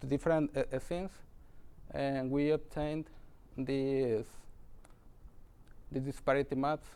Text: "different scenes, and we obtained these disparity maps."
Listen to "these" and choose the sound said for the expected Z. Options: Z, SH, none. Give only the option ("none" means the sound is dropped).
none